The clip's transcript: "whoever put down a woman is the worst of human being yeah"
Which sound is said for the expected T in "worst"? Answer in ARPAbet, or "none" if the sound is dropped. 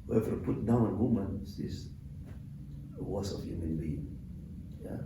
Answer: none